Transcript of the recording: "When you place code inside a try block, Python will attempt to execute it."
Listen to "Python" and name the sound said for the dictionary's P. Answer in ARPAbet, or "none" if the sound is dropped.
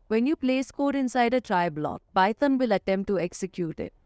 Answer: B